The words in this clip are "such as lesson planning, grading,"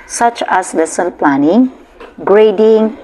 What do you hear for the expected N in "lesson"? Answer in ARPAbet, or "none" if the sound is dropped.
L